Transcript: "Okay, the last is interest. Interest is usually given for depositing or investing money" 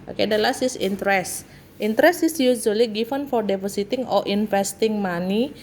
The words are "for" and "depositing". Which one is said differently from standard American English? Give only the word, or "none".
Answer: depositing